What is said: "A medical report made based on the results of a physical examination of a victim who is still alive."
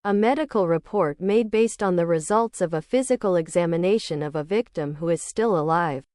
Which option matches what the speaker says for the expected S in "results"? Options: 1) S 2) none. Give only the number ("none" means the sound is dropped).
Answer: 1